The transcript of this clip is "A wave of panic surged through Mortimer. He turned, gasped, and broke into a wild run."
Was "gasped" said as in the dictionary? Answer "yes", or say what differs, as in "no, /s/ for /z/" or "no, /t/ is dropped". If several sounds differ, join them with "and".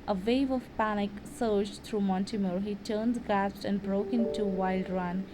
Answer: no, /p/ is dropped